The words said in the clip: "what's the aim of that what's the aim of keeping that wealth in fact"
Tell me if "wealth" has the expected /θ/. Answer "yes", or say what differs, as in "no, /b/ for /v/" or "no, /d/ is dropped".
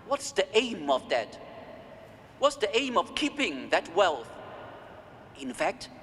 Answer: yes